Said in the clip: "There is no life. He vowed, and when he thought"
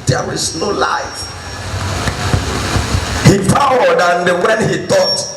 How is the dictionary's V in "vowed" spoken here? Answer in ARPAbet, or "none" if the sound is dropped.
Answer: P